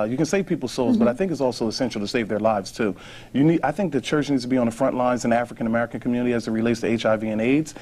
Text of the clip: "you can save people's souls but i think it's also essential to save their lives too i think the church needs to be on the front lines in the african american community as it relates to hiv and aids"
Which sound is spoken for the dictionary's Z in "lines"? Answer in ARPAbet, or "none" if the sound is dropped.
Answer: Z